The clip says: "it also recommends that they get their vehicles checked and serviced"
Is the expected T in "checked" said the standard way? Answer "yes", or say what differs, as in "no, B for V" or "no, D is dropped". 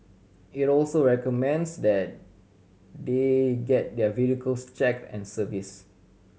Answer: no, T is dropped